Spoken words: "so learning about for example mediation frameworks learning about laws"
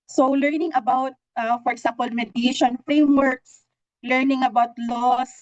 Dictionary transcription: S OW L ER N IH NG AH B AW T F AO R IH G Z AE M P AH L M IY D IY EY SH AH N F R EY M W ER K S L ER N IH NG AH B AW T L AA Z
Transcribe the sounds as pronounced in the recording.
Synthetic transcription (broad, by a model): S OW L ER N IH NG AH B AW T F AO R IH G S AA M P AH L M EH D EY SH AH N F R EY M W ER K S L ER N IH NG AH B AW T L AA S